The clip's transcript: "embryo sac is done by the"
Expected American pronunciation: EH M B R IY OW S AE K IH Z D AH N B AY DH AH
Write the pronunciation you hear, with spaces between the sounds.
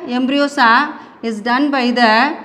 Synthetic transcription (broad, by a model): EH M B R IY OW S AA IH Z D AH N B AY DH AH